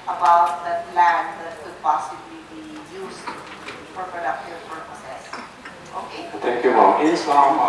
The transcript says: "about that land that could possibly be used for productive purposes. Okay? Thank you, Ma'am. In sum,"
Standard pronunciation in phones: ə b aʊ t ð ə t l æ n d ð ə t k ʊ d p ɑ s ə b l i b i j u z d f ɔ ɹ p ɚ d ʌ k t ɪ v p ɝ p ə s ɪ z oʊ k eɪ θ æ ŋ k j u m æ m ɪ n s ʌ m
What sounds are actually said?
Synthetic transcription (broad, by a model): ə b aʊ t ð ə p l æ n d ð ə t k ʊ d p ɑ s ə b l i b i j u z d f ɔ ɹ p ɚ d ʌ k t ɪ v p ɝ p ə s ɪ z oʊ k eɪ t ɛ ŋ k j u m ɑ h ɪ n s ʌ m